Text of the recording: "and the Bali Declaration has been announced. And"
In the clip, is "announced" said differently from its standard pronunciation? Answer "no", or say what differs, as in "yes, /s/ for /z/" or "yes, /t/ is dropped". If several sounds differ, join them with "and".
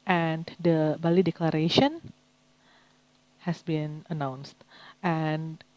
no